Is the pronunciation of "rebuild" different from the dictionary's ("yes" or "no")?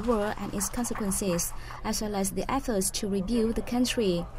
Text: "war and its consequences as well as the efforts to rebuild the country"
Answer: yes